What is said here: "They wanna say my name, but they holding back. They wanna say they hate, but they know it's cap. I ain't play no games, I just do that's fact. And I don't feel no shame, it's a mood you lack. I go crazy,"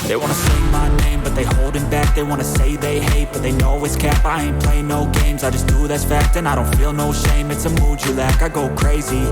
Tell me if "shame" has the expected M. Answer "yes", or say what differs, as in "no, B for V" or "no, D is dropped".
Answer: yes